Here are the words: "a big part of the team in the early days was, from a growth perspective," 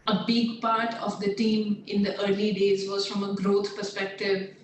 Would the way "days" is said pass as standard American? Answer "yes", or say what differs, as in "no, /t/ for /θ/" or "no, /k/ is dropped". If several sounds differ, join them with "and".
yes